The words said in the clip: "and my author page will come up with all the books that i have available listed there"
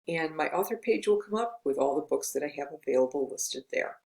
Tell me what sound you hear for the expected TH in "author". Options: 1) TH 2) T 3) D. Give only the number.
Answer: 1